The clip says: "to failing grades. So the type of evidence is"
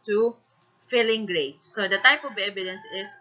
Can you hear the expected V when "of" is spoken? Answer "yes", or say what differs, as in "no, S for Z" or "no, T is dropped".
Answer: no, B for V